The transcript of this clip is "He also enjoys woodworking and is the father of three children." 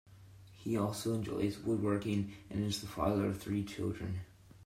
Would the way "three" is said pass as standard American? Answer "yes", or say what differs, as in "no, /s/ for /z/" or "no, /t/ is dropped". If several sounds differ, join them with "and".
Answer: yes